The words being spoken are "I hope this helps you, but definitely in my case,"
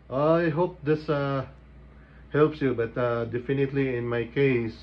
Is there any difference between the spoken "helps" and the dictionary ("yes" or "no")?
no